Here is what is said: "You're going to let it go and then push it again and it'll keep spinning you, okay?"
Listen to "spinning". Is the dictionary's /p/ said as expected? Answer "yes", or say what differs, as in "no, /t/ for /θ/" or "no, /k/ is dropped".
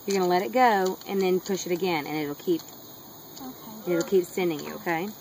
no, /p/ is dropped